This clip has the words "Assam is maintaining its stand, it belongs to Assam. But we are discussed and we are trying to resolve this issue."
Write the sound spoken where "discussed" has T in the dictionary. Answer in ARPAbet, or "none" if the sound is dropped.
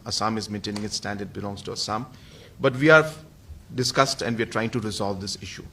T